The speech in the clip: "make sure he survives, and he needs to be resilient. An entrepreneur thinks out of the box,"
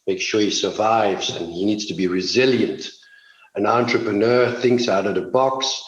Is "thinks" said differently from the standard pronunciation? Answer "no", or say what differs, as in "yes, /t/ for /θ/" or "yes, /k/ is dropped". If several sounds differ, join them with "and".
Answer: no